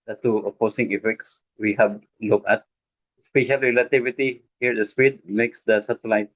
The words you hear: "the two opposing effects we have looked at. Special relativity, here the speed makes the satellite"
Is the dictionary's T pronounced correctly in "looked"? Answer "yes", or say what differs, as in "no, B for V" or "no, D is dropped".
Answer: no, T is dropped